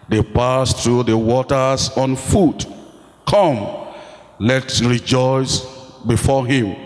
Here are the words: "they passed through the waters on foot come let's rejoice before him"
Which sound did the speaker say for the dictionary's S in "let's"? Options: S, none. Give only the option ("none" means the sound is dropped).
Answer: none